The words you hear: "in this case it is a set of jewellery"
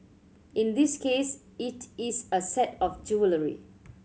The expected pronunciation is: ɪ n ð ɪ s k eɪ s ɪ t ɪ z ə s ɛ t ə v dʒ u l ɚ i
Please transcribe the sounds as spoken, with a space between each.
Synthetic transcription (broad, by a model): ɪ n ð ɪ s k eɪ s ɪ t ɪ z ə s ɛ t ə f dʒ u l ɚ i